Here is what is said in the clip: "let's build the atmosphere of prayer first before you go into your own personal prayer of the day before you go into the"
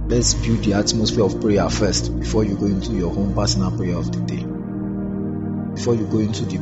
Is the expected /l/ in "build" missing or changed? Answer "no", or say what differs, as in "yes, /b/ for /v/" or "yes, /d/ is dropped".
yes, /l/ is dropped